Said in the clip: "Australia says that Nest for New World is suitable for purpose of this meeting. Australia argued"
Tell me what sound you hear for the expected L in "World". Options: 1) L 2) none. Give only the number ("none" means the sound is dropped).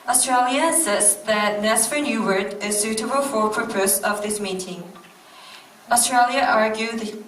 2